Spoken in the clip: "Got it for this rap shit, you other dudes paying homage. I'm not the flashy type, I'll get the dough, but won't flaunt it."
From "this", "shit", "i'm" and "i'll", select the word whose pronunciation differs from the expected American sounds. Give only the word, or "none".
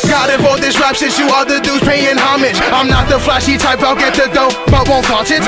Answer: shit